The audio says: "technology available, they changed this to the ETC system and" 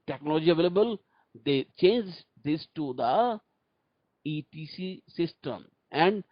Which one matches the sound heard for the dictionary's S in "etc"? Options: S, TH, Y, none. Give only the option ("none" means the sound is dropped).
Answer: none